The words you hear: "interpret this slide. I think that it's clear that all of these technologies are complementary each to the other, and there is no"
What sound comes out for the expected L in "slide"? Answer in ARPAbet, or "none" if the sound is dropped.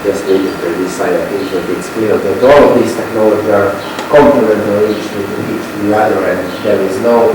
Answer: none